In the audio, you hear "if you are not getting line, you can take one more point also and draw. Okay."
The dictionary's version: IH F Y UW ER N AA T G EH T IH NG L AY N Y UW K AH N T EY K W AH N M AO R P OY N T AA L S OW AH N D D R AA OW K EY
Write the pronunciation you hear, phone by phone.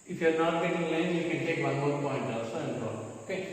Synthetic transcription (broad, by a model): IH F Y UW N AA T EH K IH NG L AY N Y UW K AH N T EY K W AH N M AO R P OY N T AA S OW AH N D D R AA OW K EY